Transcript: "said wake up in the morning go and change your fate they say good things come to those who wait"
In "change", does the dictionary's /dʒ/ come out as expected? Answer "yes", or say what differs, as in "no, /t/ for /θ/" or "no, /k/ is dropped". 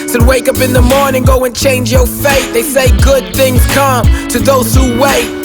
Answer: yes